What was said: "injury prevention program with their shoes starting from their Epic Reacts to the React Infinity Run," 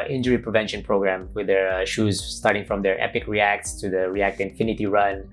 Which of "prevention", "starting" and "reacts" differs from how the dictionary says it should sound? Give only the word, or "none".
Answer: none